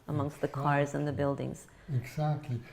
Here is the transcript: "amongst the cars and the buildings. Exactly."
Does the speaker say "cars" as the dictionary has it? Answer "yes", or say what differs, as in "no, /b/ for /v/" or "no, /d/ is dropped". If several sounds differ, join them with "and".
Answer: yes